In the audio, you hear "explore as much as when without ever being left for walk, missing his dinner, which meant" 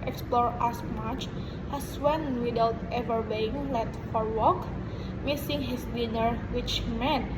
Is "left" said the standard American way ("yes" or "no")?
no